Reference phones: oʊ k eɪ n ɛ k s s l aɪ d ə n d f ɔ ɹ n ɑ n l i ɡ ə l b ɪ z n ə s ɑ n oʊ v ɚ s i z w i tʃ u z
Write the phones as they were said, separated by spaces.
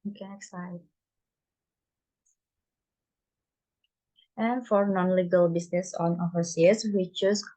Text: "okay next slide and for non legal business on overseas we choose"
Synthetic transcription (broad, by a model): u k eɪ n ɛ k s s aɪ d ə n f ɔ ɹ n ɑ n l i ɡ ə l b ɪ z n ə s ɑ n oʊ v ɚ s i s w i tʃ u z